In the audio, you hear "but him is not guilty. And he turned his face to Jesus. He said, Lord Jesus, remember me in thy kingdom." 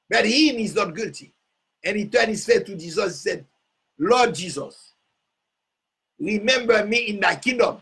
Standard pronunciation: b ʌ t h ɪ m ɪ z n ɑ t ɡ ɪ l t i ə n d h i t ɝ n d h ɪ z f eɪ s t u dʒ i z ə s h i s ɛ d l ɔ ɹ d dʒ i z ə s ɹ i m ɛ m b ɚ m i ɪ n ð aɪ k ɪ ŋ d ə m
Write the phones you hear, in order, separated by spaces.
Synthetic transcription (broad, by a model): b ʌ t h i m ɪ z n ɑ t ɡ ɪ l t i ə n h i t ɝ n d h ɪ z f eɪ t u dʒ i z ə s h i s ɛ d l ɔ d dʒ i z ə s ɹ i m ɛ m b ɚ m i ɪ n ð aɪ k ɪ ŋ d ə m